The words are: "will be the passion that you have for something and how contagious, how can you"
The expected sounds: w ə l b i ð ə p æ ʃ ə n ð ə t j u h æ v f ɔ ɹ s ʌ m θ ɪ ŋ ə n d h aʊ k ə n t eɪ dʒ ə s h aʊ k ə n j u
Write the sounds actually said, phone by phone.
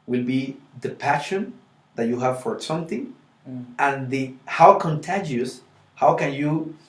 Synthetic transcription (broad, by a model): w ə l b i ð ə p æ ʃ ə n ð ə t j u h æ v f ɔ ɹ s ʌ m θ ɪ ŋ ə n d h aʊ k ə n t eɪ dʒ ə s h aʊ k ə n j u